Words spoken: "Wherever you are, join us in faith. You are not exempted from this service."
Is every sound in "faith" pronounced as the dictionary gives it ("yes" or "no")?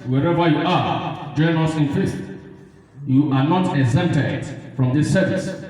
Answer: no